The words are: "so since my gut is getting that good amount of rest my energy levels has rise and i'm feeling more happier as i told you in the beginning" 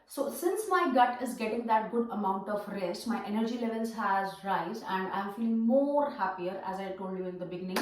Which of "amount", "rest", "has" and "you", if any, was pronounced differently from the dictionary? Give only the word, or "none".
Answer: none